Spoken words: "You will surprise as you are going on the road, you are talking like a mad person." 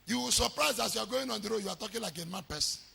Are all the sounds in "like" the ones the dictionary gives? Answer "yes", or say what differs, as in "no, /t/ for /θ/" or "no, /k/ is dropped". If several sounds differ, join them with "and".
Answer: yes